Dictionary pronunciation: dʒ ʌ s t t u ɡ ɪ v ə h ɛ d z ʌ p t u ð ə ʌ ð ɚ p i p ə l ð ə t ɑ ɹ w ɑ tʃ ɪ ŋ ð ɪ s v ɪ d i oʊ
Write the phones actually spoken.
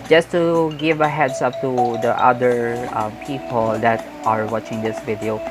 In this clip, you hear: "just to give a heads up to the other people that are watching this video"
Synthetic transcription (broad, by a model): dʒ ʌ s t t u ɡ ɪ v ə h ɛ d s ʌ p t u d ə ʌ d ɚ p i p ə l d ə t ɑ ɹ w ɑ tʃ ɪ ŋ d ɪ s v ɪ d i oʊ